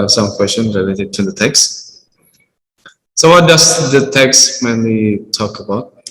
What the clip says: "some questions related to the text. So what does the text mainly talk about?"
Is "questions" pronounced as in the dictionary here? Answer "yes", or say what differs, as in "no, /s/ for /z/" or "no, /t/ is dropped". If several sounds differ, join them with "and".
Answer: no, /z/ is dropped